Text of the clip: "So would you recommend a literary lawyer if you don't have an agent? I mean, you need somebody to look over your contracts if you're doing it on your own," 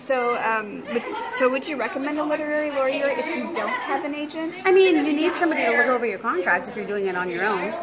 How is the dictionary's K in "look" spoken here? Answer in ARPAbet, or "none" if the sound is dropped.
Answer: none